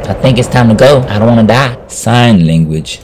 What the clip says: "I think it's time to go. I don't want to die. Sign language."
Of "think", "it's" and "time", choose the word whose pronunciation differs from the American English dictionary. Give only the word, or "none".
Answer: none